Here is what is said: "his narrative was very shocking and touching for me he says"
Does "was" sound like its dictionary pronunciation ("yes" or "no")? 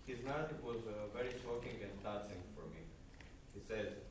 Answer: yes